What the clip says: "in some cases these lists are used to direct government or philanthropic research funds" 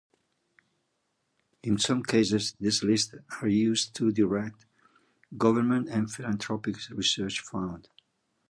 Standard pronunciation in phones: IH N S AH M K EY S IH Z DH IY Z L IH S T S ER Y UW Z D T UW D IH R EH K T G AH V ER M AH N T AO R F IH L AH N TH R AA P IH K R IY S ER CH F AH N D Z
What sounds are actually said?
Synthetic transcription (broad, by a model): IH N S AH M K EY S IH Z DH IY S L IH S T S ER Y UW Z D T UW D IH R EH K T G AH V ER M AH N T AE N F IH L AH N T R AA P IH K R IY S ER CH F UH N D